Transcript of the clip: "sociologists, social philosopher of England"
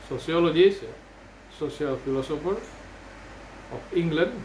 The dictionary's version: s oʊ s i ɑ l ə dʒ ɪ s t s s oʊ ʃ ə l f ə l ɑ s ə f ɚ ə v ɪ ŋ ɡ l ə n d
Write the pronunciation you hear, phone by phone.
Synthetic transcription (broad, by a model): s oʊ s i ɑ l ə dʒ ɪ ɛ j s s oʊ s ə l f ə l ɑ s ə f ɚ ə p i ŋ ɡ l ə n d